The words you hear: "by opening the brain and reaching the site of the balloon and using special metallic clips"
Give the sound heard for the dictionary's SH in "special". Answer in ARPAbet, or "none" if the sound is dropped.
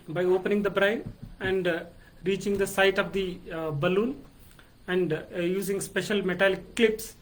SH